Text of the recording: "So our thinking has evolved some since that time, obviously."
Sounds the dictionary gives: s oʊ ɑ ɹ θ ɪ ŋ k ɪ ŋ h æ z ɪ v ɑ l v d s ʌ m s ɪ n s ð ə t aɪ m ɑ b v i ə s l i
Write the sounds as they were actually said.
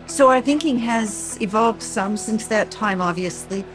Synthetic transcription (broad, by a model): s oʊ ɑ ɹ θ ɪ ŋ k ɪ ŋ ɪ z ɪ v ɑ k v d s ʌ m s ɪ n s ð ə t aɪ m ɑ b v i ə s l i